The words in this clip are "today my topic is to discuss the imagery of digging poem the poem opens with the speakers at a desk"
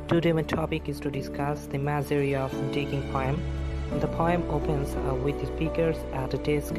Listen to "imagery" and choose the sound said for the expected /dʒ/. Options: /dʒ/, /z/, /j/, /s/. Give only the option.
/z/